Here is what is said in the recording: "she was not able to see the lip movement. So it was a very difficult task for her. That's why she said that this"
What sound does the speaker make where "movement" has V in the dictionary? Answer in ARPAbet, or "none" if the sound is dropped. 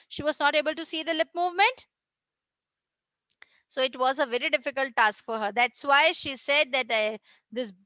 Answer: V